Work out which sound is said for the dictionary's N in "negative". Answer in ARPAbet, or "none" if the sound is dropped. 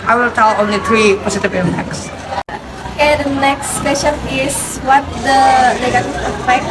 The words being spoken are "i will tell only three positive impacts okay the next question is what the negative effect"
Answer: L